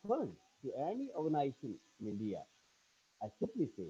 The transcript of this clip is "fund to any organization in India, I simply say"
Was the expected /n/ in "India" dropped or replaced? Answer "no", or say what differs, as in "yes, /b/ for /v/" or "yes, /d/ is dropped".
yes, /l/ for /n/